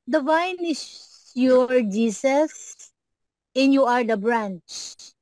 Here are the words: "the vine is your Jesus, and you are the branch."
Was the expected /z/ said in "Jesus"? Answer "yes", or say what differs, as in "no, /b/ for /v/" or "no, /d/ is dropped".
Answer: no, /s/ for /z/